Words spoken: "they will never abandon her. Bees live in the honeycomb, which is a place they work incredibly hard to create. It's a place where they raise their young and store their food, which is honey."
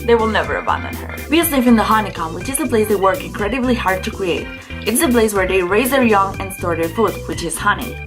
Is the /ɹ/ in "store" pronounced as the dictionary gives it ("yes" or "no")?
yes